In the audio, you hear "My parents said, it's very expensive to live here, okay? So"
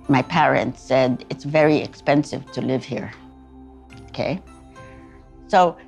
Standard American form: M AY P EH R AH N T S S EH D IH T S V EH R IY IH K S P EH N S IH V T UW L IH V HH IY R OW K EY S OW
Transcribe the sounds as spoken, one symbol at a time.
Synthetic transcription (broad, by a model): M AY P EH R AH N T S S EH D IH T S V EH R IY IH K S P EH N S IH V T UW L IH V HH IY R OW K EY S OW